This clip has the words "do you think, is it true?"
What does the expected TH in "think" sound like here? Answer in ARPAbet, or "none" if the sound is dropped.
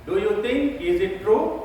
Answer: T